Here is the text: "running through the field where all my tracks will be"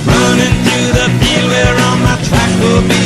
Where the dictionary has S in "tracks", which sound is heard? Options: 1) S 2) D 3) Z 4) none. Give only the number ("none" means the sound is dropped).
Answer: 4